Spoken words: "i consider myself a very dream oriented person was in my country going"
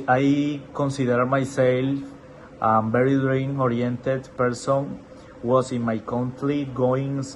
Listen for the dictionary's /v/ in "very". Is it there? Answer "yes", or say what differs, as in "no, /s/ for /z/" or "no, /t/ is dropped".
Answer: no, /b/ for /v/